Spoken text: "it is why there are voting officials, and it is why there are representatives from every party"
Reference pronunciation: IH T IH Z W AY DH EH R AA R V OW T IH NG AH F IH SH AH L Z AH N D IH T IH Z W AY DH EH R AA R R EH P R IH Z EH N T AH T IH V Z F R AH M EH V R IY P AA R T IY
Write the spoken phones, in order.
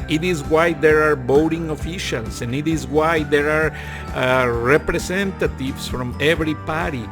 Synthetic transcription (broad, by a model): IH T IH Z W AY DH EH R AA R B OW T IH NG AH F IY SH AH L S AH N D IH T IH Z W AY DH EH R AA R R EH P R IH S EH N T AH T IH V S F R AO M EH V R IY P AA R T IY